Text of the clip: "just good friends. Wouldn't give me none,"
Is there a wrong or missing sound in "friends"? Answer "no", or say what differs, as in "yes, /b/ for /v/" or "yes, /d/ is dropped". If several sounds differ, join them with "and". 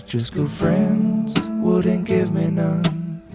no